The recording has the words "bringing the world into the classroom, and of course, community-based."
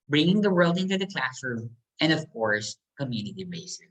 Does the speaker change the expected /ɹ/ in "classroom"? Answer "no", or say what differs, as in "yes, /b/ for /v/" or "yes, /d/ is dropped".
no